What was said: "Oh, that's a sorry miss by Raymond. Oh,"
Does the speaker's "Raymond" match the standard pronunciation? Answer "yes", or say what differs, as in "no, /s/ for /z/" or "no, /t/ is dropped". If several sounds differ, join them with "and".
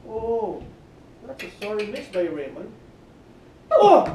no, /d/ is dropped